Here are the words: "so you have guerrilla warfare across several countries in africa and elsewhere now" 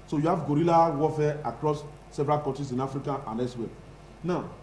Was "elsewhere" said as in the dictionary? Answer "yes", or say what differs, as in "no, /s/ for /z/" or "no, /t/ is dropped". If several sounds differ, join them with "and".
no, /l/ is dropped